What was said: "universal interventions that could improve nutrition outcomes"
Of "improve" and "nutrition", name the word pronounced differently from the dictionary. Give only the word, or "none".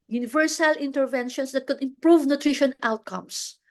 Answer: none